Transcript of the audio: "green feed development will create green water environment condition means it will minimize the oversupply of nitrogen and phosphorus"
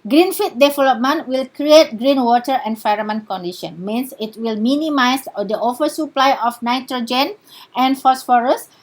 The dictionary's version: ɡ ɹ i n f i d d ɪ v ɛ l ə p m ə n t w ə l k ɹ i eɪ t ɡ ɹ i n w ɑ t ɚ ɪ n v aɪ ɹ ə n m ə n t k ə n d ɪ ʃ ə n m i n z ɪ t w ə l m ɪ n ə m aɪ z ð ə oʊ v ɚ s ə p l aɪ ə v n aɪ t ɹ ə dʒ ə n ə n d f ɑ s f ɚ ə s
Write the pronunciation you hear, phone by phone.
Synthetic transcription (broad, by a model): ɡ ɹ i n f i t d ɪ v ɛ l ə p m ə n t w ə l k ɹ i eɪ t ɡ ɹ i n w ɑ t ɚ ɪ n f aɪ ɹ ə m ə n k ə n d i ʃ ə n m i n s ɪ t w ə l m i n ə m aɪ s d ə oʊ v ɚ s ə p l aɪ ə f n aɪ t ɹ ə dʒ ə n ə n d f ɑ s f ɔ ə s